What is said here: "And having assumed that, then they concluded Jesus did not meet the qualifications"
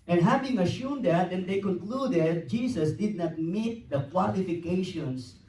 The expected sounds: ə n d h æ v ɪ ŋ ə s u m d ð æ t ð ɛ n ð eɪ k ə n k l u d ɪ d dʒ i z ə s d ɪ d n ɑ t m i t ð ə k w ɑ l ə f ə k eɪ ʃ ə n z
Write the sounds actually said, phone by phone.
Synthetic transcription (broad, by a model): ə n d h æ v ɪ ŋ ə ʃ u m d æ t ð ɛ n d eɪ k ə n k l u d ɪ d dʒ i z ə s d ɪ d n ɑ t m i t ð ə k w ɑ l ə f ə k eɪ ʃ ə n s